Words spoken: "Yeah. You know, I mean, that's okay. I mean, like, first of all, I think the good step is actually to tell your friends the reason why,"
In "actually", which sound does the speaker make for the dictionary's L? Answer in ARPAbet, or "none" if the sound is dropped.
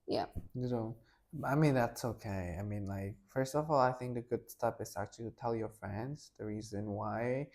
none